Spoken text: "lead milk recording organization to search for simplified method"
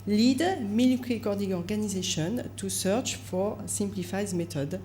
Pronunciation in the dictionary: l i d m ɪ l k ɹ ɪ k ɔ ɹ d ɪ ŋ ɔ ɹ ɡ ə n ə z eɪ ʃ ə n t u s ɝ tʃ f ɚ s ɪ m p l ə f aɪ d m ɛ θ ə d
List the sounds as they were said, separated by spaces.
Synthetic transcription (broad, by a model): l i d m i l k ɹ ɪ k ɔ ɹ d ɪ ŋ ɔ ɹ ɡ ə n ə z eɪ ʃ ə n t u s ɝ tʃ f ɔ s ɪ m p l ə f aɪ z m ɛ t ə d